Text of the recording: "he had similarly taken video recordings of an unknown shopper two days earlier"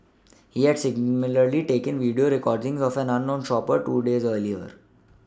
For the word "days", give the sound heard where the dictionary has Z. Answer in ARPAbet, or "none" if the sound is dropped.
Z